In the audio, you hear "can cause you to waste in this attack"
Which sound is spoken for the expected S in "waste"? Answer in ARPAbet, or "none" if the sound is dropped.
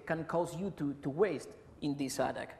S